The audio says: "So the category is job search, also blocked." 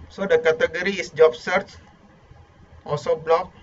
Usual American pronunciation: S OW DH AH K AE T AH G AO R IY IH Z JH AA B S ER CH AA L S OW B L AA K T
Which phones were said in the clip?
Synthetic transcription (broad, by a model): S OW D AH K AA T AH G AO R IY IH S JH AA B S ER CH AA S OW B L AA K